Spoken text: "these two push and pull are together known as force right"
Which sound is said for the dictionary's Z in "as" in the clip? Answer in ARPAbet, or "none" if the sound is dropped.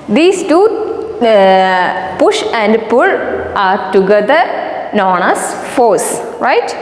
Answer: S